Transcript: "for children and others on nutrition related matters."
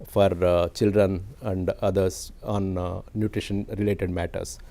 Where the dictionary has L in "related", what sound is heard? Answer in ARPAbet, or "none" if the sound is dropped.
L